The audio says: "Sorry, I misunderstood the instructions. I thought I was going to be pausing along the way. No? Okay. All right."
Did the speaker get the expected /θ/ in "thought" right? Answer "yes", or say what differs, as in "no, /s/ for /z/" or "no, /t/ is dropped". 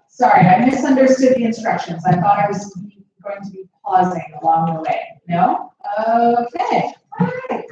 yes